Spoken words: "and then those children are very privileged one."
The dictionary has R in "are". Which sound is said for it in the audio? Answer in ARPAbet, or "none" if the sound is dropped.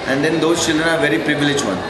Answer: R